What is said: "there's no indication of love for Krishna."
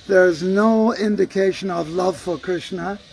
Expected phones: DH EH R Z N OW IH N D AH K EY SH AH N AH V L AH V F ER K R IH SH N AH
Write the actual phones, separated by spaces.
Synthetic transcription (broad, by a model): DH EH R Z N OW IH N D AH K EY SH AH N AH V L AH V F ER K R IH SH N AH